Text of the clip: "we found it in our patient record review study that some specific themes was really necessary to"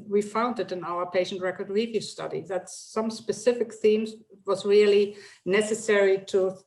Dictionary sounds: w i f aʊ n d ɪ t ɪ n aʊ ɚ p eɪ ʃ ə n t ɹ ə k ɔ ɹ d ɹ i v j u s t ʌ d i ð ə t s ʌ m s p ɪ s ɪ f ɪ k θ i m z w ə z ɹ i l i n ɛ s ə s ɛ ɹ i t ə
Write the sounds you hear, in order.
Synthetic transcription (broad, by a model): w i f aʊ n d ɪ t ɪ n aʊ ɚ p eɪ ʃ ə n t ɹ ə k ɔ ɹ d ɹ i v j u s t ʌ d i ð ə t s ʌ m s p ɪ s ɪ f ɪ k θ i m z w ə z ɹ i l i n ɛ s ə s ɛ ɹ i t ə